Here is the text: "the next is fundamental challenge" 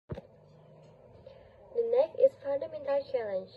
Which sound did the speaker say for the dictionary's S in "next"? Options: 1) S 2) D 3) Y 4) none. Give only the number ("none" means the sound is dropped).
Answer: 4